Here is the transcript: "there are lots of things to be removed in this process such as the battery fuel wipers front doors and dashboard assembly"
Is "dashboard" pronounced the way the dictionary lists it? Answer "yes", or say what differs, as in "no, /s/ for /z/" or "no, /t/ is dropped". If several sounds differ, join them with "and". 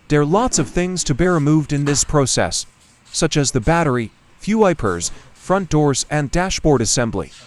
yes